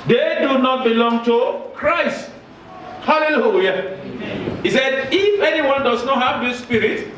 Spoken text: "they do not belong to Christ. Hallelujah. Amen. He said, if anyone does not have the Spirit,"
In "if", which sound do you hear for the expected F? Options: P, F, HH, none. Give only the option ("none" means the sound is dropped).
F